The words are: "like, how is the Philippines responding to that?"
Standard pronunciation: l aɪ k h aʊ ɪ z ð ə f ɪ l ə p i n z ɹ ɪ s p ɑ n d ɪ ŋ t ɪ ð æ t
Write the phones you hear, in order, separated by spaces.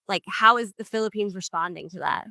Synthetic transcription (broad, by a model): l aɪ k h aʊ ɪ z ð ə f ɪ l ə p i n z ɹ ɪ s p ɑ n d ɪ ŋ t ɪ ð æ t